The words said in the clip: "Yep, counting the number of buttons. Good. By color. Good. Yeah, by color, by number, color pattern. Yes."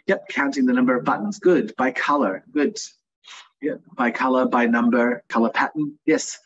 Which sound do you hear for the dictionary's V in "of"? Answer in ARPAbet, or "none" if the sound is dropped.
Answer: V